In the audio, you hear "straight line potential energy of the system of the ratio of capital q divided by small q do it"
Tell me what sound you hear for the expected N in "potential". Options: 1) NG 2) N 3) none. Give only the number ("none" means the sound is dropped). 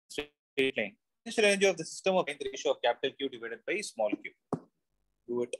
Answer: 3